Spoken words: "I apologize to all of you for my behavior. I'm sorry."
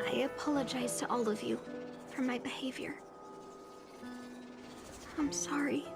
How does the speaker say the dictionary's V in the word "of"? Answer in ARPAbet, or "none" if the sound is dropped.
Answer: V